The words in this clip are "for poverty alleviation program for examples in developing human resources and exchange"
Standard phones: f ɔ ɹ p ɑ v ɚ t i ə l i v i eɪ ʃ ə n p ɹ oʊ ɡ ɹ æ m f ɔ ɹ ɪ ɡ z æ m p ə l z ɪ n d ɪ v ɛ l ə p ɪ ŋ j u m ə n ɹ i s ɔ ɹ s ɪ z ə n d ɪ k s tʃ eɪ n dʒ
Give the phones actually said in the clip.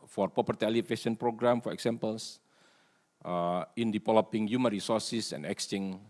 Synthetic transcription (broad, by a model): f ɔ ɹ p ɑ p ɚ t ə l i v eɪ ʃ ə n p ɹ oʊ ɡ ɹ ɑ m f ɔ ɹ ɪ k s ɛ m p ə l s ɪ n d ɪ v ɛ l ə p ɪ ŋ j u m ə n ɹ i s ɔ ɹ s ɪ s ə n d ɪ k s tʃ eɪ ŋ